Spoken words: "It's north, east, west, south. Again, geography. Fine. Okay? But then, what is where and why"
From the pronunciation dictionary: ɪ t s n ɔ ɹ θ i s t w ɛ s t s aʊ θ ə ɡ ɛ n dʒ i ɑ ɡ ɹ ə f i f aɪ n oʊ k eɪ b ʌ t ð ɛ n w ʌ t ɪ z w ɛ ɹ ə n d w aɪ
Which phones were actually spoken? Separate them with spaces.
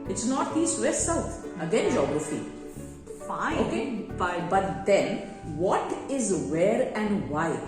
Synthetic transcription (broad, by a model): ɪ t s n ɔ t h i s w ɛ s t s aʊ t ə ɡ ɛ n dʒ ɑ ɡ ɹ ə f i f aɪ oʊ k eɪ b ʌ t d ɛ n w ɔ t ɪ z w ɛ ɹ ə n d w aɪ